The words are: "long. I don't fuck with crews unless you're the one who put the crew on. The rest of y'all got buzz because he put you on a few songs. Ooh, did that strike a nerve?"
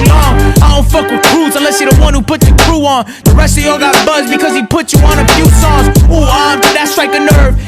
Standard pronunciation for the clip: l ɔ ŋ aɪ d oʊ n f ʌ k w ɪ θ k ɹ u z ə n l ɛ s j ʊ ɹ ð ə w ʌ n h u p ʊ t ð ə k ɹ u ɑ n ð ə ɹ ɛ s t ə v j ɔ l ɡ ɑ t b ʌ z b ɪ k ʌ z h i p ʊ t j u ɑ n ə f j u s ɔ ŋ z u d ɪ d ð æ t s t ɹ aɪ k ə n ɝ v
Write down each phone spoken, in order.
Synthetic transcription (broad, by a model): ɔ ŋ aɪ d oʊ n f ʌ k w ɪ k ɹ u z ə n l ɛ s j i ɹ ð ə w ʌ n h u p ʊ t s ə k ɹ u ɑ n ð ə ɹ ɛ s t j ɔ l ɡ ɑ t b ʌ z b ɪ k ʌ z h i p ʊ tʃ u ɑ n ə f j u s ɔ z u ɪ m ð æ t s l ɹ aɪ k ə n ɝ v